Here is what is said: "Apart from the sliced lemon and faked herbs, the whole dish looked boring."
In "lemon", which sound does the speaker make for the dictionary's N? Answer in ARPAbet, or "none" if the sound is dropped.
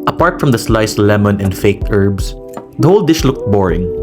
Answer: N